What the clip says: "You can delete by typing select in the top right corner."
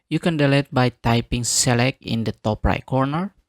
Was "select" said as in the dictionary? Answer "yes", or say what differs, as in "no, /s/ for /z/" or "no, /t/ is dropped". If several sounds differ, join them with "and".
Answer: no, /t/ is dropped